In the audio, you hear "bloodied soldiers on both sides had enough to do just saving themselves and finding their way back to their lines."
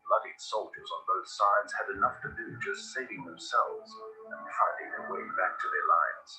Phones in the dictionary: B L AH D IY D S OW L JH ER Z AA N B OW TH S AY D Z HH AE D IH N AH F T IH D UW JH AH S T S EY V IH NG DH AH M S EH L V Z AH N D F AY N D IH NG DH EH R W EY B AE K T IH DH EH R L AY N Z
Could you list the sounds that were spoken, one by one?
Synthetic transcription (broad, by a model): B L AH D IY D S OW L JH ER Z N B OW TH S AY D Z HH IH D IH N AH F T IH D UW JH AH S T S EY V IH NG DH AH M S EH L V Z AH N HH AY D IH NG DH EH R W EY B AE K T IH DH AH R L AY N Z